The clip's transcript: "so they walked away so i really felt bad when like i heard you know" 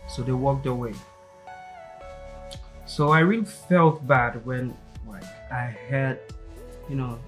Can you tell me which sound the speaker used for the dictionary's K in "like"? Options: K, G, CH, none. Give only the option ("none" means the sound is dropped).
none